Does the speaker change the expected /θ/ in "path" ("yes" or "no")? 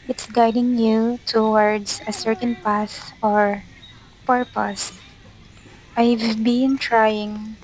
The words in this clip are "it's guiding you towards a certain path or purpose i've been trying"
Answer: yes